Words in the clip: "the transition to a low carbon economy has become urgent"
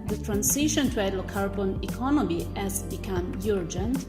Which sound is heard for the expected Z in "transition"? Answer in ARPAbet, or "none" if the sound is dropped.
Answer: S